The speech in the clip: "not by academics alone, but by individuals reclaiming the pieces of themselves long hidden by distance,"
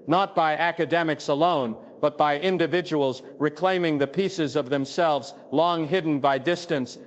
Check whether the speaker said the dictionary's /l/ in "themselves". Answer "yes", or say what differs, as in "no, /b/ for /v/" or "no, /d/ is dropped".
yes